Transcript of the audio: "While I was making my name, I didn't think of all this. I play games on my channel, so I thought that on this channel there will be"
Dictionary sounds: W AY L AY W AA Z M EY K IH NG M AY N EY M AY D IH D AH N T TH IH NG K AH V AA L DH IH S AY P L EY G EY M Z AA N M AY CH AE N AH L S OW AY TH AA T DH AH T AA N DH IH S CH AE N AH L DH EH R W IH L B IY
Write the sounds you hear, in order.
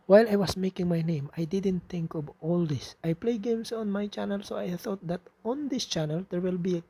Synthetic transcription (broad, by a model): W AY L AY W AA S M EY K IH NG M AY N EY M AY D IH D AH N T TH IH NG K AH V AA L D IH S AY P L EY G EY M S AA N M AY CH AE N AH L S OW AY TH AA T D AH T AA N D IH S CH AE N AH L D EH R W IH L B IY